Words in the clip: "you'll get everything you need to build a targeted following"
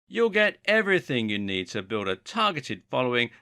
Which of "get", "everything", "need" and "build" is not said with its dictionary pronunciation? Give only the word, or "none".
none